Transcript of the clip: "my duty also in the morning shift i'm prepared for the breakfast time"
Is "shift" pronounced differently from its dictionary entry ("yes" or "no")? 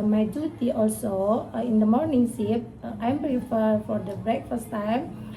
yes